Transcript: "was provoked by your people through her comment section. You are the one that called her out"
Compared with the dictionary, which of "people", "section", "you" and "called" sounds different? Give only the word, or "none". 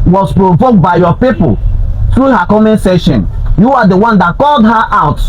section